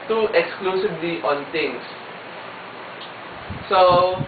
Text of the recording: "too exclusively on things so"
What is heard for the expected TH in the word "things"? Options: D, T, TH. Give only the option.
T